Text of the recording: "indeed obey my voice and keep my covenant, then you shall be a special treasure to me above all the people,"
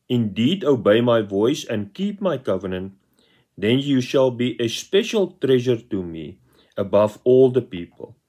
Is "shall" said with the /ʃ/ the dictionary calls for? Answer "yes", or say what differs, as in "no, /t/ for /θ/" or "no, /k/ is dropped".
yes